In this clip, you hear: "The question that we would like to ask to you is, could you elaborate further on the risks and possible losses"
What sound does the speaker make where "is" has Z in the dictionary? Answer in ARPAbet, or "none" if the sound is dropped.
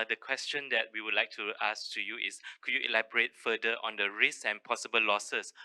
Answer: S